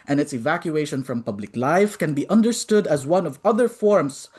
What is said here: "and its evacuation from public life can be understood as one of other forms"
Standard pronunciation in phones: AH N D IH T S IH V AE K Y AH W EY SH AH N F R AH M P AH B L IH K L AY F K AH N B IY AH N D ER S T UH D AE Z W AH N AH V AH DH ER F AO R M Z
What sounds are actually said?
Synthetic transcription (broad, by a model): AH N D IH T S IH V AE K Y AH EY SH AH N F R AH M P AH B L IH K L AY F K AH N B IY AH N D ER S T UH D AE Z W AH N AH V AH DH ER F AO R M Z